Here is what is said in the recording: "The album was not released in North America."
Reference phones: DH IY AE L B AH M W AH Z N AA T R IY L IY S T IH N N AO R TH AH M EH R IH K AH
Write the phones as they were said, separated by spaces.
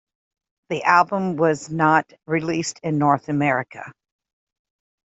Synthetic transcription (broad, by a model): DH IY AE L B AH M W AH Z N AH T R IY L IY S T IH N N AO R TH AH M EH R IH K AH